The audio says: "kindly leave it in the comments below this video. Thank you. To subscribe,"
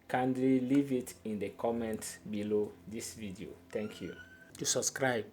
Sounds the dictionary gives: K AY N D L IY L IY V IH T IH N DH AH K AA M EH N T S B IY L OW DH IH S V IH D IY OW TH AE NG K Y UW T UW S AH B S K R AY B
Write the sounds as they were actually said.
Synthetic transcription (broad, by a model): K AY N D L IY L IY V IH T IH N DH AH K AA M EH N T B IY L OW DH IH S V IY D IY OW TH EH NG K Y UW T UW S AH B S K R AY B